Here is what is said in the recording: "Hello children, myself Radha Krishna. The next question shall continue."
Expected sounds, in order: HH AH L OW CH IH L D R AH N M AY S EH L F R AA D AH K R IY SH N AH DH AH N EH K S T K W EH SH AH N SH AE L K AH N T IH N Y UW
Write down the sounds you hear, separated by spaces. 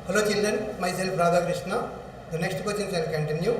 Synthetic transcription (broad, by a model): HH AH L OW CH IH L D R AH N M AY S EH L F R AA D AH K R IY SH N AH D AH N EH K S T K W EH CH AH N S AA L K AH N T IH N Y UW